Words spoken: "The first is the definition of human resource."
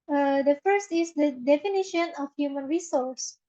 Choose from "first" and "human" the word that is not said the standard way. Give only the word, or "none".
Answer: none